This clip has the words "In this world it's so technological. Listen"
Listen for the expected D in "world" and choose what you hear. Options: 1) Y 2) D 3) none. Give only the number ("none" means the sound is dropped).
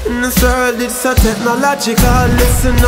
3